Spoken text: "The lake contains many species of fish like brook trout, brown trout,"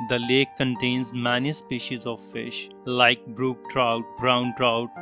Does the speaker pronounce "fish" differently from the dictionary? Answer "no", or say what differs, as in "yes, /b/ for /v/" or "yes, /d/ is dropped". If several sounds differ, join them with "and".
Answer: no